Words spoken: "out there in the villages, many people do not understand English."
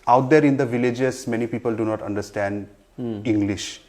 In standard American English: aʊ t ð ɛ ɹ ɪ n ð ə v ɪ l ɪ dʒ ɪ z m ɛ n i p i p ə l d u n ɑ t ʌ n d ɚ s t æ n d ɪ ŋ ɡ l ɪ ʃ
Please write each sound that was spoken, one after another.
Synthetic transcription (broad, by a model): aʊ t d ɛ ɹ ɪ n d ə v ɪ l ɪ dʒ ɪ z m ɛ n i p i p ə l d u n ɑ t ʌ n d ɚ s t æ n d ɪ ŋ ɡ l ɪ ʃ